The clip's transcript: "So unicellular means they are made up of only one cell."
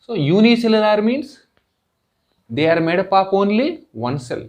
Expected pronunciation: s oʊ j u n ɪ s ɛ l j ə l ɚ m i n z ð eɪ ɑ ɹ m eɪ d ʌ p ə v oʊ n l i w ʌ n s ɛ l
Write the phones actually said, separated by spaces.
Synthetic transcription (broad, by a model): s oʊ j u n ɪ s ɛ l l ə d m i n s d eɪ ɑ ɹ m eɪ d ʌ p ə p oʊ n l i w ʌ n s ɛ l